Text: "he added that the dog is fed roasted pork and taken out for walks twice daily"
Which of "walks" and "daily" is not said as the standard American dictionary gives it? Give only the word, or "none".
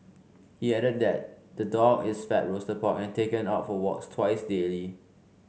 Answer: none